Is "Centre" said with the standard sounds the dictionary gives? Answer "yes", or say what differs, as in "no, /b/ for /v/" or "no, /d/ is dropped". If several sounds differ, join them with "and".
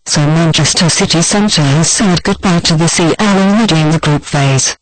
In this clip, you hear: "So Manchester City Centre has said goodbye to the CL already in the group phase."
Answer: yes